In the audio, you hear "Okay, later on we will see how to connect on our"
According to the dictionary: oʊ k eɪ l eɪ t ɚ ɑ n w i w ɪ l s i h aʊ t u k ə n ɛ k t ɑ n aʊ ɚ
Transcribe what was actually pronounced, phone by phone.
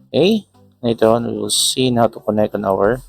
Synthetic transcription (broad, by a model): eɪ n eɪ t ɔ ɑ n w i w ɪ l s i h aʊ t u k ə n ɛ k t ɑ n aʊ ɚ